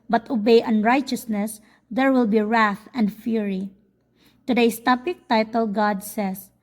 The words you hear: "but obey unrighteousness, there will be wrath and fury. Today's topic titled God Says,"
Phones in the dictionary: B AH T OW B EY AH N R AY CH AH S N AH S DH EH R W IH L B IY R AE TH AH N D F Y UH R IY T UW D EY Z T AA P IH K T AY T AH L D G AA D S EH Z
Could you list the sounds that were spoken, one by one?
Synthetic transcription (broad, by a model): B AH T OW B EY AH N R AY CH AH S N AH S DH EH R W IH L B IY R AE TH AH N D F Y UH R IY T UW D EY S T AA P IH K T AY T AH L G AA D S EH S